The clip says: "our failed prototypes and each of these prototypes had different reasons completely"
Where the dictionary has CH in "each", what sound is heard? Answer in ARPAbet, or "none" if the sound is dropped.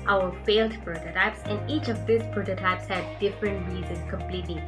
CH